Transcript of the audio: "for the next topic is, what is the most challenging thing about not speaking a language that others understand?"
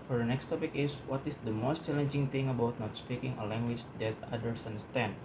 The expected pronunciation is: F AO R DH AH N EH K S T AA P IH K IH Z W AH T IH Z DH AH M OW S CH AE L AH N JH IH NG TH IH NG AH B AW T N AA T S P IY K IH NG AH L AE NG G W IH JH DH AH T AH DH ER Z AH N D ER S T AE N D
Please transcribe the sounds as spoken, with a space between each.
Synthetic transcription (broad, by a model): F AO R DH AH N EH K S T AA P IH K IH S W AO T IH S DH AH M OW S CH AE L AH N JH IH NG T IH NG AH B AW T N AA T S P IY K IH NG AH L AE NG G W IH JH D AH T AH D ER S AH N D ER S T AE N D